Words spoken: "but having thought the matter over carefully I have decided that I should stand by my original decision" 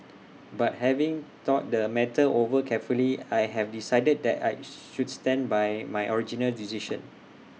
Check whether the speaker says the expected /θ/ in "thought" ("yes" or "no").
no